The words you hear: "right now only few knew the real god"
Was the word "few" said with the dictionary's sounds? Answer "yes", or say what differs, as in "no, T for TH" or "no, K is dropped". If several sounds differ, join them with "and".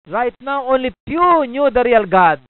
no, P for F